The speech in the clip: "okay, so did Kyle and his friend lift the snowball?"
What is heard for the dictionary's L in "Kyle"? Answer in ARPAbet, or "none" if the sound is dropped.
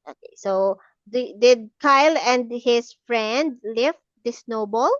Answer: L